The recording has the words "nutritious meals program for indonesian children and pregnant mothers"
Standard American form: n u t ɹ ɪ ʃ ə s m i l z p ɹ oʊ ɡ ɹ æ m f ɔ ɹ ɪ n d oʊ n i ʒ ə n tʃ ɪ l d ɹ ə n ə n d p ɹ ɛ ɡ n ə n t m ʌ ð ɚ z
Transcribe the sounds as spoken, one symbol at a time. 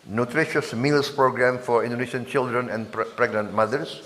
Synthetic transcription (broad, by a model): n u t ɹ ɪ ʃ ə s m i l s p ɹ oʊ ɡ ɹ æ m f ɔ ɹ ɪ n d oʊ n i ʃ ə n tʃ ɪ l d ɹ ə n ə n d p ɹ ɛ ɡ n ə n t m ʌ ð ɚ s